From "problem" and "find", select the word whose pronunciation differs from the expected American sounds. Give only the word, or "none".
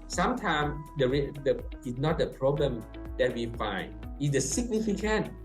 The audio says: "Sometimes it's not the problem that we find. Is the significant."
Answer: none